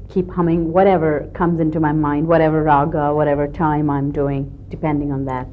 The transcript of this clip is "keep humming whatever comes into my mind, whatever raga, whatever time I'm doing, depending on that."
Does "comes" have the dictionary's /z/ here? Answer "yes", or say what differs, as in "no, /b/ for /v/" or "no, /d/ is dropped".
yes